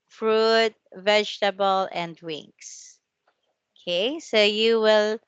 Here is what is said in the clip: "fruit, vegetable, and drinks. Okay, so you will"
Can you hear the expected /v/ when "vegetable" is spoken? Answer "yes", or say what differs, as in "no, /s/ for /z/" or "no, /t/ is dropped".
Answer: yes